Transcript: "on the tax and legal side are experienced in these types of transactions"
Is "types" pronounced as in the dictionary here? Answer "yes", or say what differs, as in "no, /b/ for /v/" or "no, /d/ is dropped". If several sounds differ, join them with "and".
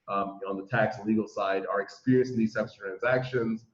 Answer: no, /b/ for /p/